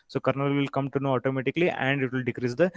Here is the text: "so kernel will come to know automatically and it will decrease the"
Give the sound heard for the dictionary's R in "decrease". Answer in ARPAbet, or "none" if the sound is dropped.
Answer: R